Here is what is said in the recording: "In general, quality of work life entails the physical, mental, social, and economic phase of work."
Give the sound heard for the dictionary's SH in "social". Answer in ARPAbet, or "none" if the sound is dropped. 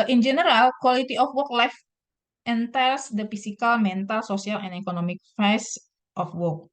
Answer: S